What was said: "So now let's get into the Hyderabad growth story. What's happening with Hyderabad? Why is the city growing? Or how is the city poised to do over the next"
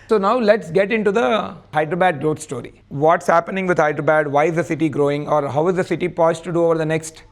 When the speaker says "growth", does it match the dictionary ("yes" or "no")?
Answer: no